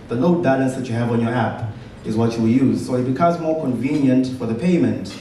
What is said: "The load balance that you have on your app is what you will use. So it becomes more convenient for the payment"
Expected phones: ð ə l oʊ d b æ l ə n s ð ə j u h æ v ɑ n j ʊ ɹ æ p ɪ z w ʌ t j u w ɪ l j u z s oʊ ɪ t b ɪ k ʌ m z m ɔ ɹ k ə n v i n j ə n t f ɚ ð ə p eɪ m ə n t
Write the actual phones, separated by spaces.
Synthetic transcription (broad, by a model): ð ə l oʊ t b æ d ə s ð ə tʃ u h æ v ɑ n j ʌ ɹ æ p ɪ z w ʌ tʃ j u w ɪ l j u z s oʊ ɪ t b ɪ k ʌ m z m ɔ ɹ k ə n v i n j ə n t f ɚ ð ə p eɪ m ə n t